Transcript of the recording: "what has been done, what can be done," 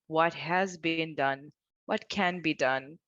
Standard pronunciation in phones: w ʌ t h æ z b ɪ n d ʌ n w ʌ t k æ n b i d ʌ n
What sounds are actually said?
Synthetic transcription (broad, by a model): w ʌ t h æ z b ɪ n d ʌ n w ʌ t k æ n b i d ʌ n